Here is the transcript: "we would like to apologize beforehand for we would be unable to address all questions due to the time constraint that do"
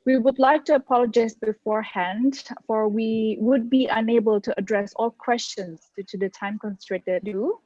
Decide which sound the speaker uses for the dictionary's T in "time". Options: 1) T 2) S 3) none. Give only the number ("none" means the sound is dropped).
1